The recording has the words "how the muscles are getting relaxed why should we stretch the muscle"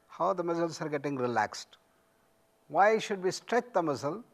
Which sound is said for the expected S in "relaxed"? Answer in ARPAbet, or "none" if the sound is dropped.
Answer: S